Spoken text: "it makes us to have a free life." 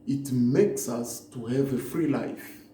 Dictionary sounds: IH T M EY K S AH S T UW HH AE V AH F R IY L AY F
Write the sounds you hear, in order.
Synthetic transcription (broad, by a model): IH T M EY K S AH S T UW HH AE V AH F R IY L AY F